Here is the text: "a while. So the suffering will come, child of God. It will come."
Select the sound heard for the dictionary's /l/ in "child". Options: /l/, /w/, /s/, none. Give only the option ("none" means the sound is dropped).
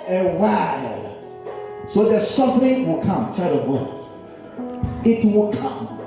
none